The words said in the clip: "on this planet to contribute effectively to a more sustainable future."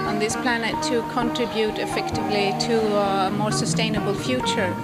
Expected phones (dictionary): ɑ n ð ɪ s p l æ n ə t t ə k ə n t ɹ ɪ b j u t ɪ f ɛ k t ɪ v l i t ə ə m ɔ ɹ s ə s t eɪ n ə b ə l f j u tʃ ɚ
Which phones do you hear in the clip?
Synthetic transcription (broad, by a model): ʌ n ð ɪ s p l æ n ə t t ə k ə n t ɹ ɪ b j u t ɪ f ɛ k t ɪ v l i t ə ə m ɔ ɹ s ə s t eɪ n ə b ə l f j u tʃ ɚ